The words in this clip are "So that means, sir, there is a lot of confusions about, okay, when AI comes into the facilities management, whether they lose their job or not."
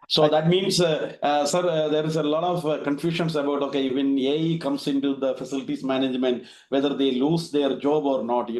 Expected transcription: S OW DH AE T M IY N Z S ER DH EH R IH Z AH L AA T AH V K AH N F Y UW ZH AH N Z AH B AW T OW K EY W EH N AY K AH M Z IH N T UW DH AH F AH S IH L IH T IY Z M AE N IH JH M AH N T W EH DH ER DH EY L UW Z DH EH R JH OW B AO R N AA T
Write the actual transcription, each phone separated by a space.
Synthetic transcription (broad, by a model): S OW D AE T M IY N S S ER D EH R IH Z AH L AA T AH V K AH N F Y UW SH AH N S AH B AW T OW K EY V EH N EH K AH M S IH N T UW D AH F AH S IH L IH T IY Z M AE N IH JH M AH N T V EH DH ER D EY L UW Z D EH R JH OW B AO R N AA T